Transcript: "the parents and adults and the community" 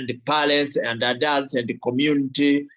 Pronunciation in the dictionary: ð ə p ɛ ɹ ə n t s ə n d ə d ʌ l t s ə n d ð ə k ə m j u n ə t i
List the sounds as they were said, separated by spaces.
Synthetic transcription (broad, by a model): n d p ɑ l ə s ə n d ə d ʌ l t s ə n d k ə m j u n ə t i